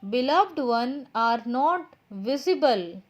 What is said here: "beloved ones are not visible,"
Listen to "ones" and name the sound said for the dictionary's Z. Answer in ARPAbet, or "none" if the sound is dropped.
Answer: none